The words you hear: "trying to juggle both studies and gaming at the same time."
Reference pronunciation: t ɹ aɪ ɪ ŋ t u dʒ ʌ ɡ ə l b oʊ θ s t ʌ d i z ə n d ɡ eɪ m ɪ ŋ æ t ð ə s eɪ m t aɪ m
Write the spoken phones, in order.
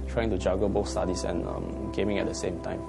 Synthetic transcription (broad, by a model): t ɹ aɪ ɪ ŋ t u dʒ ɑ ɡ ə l b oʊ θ s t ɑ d i s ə n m ɡ eɪ m ɪ ŋ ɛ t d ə s eɪ m t aɪ m